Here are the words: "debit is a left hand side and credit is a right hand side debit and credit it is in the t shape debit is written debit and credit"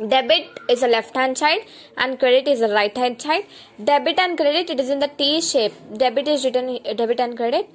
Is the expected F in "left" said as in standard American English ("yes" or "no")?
yes